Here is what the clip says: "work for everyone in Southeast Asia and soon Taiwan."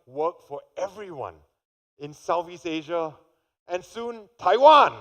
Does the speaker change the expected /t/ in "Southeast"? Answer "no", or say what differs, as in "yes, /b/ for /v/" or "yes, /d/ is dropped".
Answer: yes, /t/ is dropped